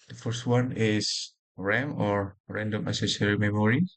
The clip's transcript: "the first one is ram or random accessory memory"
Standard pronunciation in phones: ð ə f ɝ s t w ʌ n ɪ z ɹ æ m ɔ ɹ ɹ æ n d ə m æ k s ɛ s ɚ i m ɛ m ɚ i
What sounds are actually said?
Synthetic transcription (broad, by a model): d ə f ɝ s t w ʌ n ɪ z ɹ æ m ɔ ɹ ɹ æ n d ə m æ s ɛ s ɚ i m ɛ m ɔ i